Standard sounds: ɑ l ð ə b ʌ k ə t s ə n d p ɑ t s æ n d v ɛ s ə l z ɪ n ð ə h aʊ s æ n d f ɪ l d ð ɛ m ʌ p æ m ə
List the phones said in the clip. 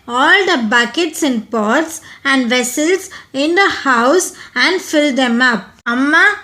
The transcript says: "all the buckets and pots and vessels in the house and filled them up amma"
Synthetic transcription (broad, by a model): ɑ l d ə b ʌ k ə t s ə n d p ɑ t s æ n d v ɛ s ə l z ɪ n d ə h aʊ s æ n d f ɪ l d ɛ m ʌ p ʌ m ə